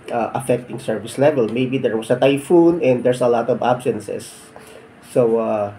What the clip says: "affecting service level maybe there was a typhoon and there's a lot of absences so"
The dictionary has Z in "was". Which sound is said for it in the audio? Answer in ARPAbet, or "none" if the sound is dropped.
S